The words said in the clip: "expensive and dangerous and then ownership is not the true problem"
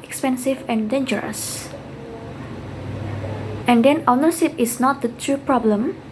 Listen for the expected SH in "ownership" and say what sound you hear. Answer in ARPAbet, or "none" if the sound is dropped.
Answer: S